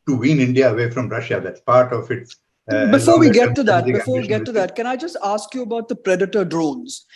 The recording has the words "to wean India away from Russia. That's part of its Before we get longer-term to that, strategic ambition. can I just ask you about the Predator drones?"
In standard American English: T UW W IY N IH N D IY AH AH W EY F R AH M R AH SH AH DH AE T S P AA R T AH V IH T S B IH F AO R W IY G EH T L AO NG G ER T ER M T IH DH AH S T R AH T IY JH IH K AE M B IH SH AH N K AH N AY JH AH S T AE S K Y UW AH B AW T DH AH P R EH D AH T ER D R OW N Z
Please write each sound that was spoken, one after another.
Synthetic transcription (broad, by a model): T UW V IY N IH N D IY AH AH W EY F R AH M R AH SH AH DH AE T S P AA R T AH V IH T S B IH F AO R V IY G EH T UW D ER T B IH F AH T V IY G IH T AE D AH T K AH N AY JH AH S T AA S K Y UW AH B AW T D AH P R EH D AH T ER D R OW N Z